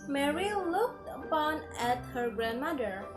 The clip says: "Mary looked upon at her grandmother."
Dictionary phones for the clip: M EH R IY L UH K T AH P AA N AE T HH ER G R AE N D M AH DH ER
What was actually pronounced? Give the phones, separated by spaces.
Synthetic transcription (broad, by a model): M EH R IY L UH K T AH P AA N AE T HH ER G R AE N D M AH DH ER